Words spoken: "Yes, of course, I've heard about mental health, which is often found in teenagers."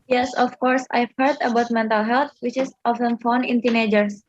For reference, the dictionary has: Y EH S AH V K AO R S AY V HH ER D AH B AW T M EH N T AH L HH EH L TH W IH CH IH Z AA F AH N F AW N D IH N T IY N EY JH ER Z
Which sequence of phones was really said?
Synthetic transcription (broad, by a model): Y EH S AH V K AO R S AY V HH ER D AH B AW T M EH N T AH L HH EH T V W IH CH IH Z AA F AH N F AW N IH N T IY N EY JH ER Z